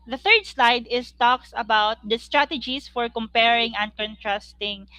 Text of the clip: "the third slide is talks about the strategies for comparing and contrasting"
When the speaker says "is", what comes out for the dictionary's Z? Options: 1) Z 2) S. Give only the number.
2